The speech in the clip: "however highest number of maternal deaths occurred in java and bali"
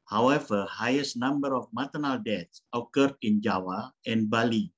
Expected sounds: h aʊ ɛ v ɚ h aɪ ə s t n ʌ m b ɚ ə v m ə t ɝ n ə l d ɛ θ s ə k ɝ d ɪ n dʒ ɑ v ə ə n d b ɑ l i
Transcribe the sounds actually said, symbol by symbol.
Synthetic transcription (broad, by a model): h aʊ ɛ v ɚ h aɪ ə s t n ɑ m b ɚ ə f m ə t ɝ n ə l d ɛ t s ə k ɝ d ɪ n dʒ ɑ w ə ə n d b ɑ l i